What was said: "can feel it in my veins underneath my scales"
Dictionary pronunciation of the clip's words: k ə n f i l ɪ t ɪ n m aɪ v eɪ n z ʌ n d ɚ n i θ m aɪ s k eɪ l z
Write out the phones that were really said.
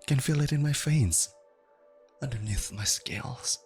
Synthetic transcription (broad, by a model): k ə n f i l ɪ t ɪ n m aɪ f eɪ n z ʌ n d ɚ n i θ m aɪ s k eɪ l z